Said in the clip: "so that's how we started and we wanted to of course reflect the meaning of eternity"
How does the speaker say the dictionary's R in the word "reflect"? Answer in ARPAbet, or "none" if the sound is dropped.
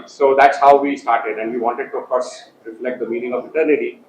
L